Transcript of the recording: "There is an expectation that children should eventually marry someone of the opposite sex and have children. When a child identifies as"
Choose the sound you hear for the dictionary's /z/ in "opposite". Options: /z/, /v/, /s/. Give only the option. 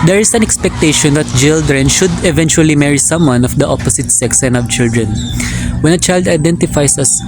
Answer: /s/